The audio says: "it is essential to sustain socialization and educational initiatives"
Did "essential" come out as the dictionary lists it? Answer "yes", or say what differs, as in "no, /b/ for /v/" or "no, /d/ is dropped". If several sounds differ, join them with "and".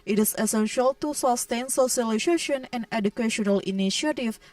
yes